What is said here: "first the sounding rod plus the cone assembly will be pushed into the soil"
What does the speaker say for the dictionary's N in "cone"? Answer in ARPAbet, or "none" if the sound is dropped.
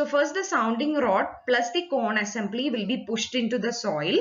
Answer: N